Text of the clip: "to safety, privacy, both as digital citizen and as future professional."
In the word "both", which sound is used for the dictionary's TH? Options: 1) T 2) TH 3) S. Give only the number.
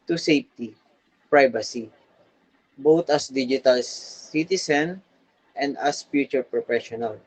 1